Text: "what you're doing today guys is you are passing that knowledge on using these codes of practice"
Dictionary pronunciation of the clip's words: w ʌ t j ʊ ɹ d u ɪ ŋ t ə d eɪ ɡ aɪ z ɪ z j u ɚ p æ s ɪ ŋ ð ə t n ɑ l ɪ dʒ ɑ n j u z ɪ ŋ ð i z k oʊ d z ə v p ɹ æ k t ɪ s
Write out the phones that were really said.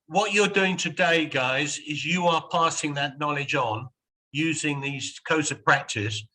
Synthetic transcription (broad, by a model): w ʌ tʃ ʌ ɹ d u ɪ ŋ t ə d eɪ ɡ aɪ z ɪ z j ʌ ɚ p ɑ s ɪ ŋ ð ə t n ɑ l ɪ dʒ n j u z ɪ ŋ ð i z k oʊ d z ə v p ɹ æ k t ɪ s